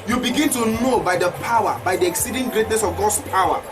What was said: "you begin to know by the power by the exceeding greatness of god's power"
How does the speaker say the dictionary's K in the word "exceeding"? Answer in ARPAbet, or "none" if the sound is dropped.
K